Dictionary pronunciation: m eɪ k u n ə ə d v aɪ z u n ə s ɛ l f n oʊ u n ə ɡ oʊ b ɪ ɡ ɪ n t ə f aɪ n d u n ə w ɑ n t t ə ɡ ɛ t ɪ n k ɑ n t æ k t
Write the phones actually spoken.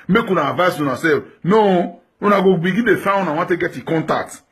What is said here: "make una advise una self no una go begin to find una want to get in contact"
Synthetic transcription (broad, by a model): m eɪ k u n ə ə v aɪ s u n ə s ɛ f n oʊ u n ə ɡ oʊ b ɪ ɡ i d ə f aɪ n u n ə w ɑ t t ə ɡ ɛ t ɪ k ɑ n t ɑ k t